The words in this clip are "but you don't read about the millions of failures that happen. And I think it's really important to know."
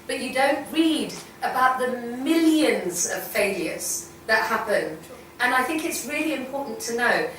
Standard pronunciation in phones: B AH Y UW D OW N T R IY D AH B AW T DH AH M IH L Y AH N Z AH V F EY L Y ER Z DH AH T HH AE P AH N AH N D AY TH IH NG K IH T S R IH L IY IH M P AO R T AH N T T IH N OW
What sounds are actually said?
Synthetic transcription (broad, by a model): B AH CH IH D OW N T R IY D AH B AW T DH AH M IH L Y AH N Z AH V F EY L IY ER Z DH AH T HH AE P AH N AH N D AY TH IH NG K IH T S R IH L IY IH M P AO R T N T T IH N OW